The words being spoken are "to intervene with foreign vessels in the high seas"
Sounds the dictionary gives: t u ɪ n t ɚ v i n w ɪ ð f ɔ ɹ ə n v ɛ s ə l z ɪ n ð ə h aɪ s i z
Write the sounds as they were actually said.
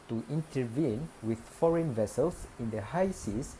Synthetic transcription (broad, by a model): t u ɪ n t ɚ v i n w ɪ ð f ɔ ɹ ə n v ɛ s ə l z ɪ n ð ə h aɪ s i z